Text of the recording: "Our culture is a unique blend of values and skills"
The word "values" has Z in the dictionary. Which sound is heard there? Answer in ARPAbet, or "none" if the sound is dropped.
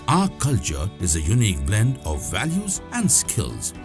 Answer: Z